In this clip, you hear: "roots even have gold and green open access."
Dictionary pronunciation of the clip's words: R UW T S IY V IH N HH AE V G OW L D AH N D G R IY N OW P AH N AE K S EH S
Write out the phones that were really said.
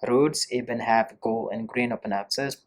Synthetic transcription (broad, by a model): R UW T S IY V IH N HH AE V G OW L AH N G R IY N OW P AH N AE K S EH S